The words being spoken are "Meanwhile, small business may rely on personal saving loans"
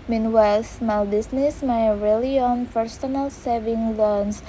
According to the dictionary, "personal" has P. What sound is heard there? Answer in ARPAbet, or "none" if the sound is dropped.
F